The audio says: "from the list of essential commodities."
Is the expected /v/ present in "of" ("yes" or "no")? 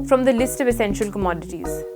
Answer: yes